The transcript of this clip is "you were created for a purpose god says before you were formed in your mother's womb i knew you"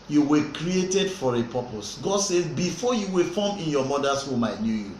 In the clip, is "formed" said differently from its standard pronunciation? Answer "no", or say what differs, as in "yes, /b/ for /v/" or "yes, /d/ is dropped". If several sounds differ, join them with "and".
yes, /d/ is dropped